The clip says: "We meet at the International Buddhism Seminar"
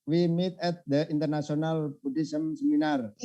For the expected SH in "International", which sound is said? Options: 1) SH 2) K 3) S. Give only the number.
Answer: 3